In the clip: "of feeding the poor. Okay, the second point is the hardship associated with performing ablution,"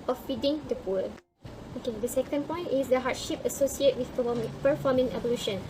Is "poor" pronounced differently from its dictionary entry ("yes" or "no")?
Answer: yes